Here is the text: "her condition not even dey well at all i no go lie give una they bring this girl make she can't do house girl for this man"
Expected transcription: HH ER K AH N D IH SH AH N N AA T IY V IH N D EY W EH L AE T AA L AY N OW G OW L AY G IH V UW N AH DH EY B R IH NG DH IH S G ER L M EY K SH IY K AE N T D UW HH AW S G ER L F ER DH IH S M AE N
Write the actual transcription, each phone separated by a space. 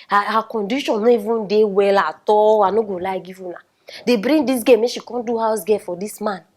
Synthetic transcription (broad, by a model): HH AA K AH N D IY SH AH N N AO IY V IH N D EY W EH L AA T AA L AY N OW G OW L AY G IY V UW N AH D EY B R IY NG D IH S G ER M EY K SH IY K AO N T D UW HH AW S G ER F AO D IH S M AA N